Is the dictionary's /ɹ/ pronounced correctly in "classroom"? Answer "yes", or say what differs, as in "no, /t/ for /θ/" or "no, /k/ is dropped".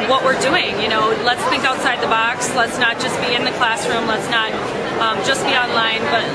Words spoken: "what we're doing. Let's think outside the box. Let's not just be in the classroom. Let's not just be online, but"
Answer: yes